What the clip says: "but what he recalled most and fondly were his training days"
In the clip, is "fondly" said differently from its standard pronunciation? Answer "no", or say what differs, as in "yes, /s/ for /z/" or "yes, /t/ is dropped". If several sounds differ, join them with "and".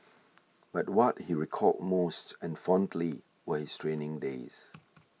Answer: no